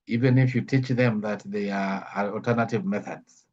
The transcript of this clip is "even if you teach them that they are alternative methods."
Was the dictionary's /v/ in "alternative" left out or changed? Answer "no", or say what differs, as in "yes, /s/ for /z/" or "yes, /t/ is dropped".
no